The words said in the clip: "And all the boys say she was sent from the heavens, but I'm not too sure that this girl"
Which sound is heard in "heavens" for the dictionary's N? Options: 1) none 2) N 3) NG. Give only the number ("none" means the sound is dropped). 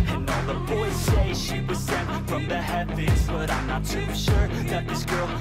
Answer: 1